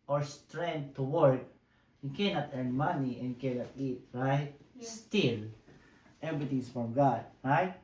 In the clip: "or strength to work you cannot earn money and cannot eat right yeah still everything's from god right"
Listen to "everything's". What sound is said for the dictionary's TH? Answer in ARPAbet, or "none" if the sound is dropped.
T